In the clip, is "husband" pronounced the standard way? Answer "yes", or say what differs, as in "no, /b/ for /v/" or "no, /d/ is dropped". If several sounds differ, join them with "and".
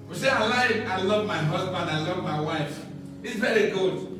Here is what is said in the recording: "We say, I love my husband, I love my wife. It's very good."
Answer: yes